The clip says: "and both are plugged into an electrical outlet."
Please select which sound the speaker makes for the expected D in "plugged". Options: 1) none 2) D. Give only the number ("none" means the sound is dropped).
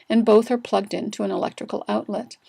2